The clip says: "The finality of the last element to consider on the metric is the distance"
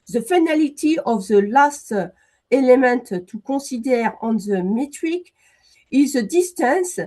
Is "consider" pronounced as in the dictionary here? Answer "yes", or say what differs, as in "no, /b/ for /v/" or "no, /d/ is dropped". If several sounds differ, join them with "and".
no, /n/ is dropped